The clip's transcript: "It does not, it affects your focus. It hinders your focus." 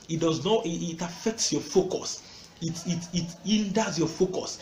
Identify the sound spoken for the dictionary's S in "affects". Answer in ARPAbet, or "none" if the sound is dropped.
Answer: S